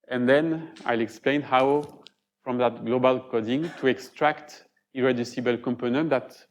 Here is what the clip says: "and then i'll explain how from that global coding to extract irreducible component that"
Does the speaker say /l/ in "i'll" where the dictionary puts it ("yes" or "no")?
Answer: yes